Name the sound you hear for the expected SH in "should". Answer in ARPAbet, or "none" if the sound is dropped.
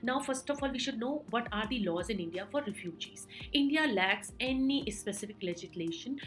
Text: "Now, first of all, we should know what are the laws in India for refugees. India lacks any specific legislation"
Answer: SH